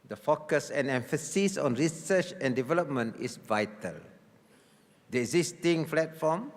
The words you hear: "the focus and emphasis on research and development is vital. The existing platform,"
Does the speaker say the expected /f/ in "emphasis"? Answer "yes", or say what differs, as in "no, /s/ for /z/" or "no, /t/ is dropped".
yes